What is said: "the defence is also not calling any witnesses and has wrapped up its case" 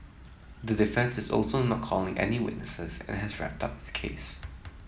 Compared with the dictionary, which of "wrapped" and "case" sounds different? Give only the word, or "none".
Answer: none